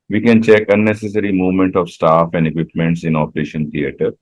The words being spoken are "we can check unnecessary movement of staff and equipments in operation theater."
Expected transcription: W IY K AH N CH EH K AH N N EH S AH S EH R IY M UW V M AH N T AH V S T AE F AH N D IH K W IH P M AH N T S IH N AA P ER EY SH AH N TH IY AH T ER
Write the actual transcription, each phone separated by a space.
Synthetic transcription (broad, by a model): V IY K AH N CH EH K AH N N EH S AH S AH R IY M UW V M AH N T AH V S T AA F AH N D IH K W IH P M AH N T S IH N AA P ER EY SH AH N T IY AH T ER